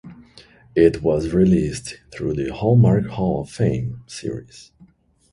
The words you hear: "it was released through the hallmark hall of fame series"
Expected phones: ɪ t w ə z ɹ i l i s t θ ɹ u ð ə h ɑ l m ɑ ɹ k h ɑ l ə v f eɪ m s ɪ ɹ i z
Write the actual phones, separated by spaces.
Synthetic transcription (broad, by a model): ɪ t w ə z ɹ i l i s t θ ɹ u ð ə h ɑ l m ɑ ɹ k h ɑ l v f eɪ m s ɪ ɹ i z